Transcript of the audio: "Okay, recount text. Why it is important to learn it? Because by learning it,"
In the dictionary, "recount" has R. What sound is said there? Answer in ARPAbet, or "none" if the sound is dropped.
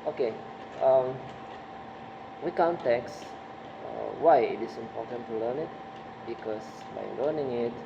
W